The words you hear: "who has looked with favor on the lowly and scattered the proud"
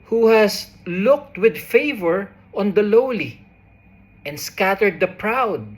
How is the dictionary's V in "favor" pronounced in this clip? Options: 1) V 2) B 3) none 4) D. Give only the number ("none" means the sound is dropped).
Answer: 1